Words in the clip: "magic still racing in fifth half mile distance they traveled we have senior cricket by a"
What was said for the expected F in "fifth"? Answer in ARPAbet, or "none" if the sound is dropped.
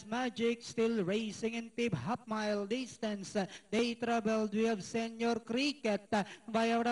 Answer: P